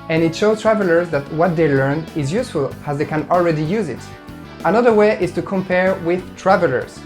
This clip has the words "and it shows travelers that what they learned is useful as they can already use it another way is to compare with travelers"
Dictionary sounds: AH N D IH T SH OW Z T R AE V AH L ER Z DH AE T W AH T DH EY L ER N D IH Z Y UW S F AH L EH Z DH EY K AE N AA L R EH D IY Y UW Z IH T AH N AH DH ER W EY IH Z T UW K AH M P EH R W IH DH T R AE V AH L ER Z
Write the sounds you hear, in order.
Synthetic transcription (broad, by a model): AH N IH T SH OW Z T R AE V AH L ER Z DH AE T W AH T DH EY L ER N IH Z Y UW S F AH L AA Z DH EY K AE N AA L R EH D IY Y UW Z IH T AH N AH DH ER W EY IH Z T UW K AH M P EH R W IH DH T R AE V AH L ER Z